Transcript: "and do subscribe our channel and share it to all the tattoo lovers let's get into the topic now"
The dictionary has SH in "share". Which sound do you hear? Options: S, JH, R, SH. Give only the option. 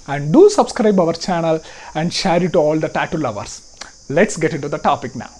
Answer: SH